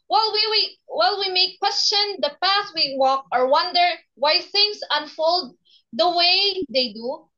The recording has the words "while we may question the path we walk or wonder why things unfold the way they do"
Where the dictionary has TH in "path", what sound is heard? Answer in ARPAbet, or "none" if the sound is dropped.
T